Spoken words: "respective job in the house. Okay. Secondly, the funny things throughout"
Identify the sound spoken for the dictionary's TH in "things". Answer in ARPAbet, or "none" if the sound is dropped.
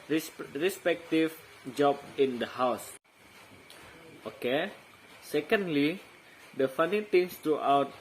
T